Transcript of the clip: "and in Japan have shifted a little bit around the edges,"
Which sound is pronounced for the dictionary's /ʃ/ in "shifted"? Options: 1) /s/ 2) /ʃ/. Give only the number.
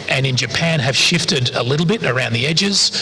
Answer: 2